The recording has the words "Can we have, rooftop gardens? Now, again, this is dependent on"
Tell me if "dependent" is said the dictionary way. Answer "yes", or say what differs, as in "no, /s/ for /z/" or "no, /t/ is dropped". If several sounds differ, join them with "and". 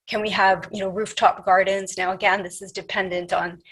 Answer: yes